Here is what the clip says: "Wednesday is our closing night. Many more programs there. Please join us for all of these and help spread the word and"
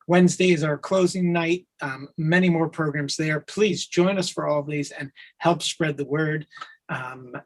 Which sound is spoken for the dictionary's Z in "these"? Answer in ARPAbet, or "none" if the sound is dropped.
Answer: Z